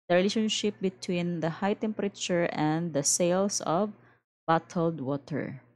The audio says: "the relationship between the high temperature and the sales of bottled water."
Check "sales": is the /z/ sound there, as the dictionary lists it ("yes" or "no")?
no